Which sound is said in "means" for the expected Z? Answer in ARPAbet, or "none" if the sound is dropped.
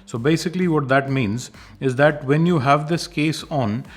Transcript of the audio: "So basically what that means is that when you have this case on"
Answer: Z